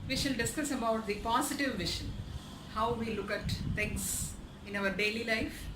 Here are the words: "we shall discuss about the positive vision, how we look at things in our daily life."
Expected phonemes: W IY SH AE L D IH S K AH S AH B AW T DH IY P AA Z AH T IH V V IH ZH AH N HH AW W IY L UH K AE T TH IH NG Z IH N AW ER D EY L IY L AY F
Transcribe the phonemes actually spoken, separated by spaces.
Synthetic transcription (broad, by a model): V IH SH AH N D IH S K AH S AH B AW T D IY P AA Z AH T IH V V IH SH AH N HH AW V IY L UH K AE T T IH NG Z IH N AW ER D EY L IY L AY F